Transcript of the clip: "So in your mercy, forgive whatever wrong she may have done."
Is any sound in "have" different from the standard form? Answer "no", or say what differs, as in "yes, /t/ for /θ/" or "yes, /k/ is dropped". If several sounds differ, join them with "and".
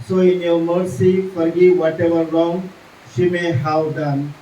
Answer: yes, /w/ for /v/